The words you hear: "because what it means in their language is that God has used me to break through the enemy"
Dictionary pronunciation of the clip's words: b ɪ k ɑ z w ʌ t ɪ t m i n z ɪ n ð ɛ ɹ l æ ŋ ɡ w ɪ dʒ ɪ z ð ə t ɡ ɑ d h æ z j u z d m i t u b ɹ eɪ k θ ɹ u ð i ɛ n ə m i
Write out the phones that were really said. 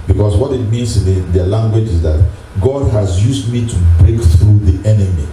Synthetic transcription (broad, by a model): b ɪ k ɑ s w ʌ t ɪ t m i n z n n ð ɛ l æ ŋ ɡ w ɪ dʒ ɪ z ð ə t ɡ ɑ d h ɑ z j u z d m i t u b ɹ eɪ k θ ɹ u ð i ɛ n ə m i